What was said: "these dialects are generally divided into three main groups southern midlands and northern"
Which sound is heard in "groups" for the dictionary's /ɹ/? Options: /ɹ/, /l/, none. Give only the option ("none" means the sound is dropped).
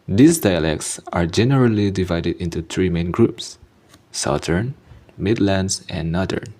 /ɹ/